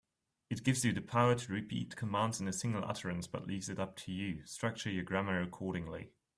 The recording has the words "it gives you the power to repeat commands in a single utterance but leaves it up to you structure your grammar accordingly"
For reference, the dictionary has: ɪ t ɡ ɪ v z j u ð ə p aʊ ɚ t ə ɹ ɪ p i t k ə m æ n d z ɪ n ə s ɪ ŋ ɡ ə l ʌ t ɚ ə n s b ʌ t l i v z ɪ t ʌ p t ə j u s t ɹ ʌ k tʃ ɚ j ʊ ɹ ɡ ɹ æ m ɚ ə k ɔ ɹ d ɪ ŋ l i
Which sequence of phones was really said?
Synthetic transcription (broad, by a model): ɪ t ɡ ɪ v z j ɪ ð ə p aʊ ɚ t ə ɹ ɪ p i t k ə m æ n d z ɪ n ə s ɪ ŋ ɡ ə l ʌ t ɚ ə n s b ʌ t l i v z ɪ t ʌ p t ə j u s t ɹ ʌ k tʃ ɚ j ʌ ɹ ɡ ɹ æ m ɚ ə k ɔ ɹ d ɪ ŋ l i